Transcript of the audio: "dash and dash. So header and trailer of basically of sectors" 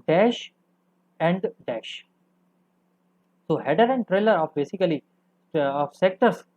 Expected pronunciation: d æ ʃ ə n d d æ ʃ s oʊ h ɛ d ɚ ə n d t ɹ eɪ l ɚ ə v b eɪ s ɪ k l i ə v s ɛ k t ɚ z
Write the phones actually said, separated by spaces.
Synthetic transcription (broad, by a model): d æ ʃ ə n d d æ ʃ s oʊ h ɛ d ɚ ə n d t ɹ eɪ l ɚ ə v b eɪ s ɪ k l i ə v s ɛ k t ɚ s